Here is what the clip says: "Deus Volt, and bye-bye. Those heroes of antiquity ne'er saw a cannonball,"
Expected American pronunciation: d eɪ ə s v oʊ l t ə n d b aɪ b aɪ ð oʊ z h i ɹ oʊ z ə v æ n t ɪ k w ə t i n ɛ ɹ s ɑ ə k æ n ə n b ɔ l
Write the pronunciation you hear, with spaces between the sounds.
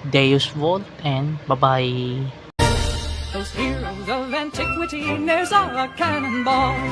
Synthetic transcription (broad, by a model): d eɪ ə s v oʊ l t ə n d b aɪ b aɪ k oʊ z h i l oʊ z ə v æ n t ɪ k w ə t i n ɛ ɹ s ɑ ə k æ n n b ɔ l